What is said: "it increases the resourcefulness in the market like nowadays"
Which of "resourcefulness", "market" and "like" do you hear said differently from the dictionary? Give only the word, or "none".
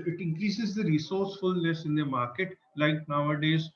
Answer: none